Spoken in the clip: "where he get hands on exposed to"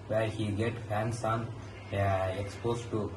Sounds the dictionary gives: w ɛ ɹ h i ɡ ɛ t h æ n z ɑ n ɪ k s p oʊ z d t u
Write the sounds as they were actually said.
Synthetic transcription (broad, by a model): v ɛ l h i ɡ ɛ t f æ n s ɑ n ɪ k s p oʊ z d t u